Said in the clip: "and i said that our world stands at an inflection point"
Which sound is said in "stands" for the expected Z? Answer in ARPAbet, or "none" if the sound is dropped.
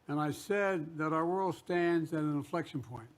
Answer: Z